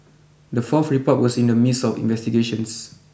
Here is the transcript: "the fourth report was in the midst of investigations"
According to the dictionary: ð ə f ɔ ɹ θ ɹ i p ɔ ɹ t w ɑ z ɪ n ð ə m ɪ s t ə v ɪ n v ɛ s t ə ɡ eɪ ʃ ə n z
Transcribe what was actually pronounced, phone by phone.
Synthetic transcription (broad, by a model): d ə f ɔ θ ɹ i p ɔ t w ɑ s ɪ n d ə m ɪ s ə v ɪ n v ɛ s t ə ɡ eɪ ʃ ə n s